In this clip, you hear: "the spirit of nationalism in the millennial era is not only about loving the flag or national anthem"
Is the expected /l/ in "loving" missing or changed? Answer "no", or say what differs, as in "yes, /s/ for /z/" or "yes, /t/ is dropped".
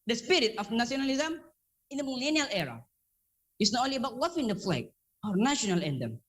yes, /w/ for /l/